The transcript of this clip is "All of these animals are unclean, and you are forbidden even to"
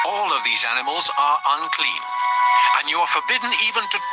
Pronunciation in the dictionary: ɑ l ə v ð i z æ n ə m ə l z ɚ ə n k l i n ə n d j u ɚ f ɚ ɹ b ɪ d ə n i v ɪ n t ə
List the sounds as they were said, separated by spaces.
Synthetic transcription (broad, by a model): ɑ l ə v ð i z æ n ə m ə l z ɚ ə n k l i n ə n j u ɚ f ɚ ɹ b ɪ d n i v ɪ n t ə